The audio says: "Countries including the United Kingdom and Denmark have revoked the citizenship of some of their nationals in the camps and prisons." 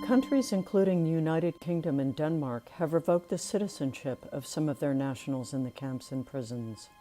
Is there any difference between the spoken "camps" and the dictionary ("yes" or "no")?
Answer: no